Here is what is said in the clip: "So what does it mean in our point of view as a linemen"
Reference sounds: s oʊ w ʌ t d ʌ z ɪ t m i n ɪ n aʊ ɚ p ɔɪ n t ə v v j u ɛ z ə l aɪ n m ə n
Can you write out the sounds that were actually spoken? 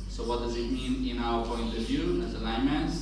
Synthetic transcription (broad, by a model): s oʊ w ʌ t d ʌ z ɪ t m i n ɪ n aʊ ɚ p ɔɪ n t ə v v j u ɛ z ə l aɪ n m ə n